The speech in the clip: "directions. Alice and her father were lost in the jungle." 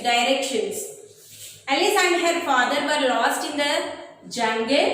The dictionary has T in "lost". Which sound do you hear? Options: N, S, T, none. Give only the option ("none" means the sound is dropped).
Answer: T